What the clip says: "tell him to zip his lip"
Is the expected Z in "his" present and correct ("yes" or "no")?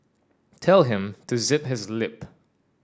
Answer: yes